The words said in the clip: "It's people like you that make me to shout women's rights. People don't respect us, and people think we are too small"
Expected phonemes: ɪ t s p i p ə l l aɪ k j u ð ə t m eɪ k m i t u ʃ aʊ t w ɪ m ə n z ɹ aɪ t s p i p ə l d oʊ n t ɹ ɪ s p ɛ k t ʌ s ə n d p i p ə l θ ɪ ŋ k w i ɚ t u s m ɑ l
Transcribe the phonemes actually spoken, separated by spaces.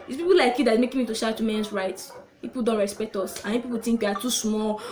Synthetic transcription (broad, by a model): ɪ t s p i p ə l l aɪ k j u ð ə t m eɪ k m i t u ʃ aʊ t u m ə n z ɹ aɪ t p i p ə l d oʊ n t ɹ ɪ s p ɛ k t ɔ s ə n p i p ə l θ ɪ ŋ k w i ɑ t u s m ɑ l